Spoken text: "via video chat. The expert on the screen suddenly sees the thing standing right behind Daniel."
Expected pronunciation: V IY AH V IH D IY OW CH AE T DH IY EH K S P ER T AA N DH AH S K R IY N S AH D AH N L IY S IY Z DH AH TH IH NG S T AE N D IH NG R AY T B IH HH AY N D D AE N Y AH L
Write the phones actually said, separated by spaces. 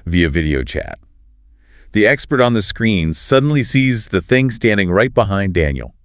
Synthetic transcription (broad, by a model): V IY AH V IH D IY OW CH AE T DH IY EH K S P ER T N DH AH S K R IY N S AH D N L IY S IY Z DH AH TH IH NG S T AE N D IH NG R AY T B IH HH AY N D D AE N Y L